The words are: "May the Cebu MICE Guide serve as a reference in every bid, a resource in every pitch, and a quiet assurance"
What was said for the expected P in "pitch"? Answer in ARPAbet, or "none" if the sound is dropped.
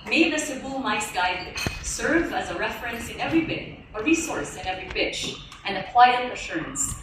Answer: B